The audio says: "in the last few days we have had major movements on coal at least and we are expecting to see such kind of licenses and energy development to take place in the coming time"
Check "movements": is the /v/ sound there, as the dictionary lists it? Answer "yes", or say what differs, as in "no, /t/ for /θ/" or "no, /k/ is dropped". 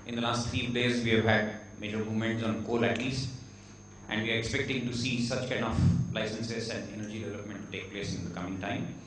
no, /v/ is dropped